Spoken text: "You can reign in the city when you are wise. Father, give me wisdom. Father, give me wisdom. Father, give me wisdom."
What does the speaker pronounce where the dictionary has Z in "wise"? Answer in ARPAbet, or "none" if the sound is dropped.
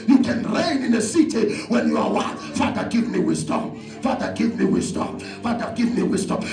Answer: none